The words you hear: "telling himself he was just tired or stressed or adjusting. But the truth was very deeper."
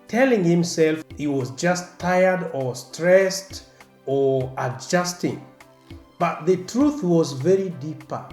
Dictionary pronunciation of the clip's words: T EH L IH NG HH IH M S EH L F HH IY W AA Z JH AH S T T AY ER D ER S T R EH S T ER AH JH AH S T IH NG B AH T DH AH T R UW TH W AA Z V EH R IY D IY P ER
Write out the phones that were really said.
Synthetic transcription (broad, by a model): T EH L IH NG HH IH M S EH L F HH IY W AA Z JH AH S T T AY ER D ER S T R EH S T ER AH JH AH S T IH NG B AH T DH AH T R UW TH W AA Z V EH R IY D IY P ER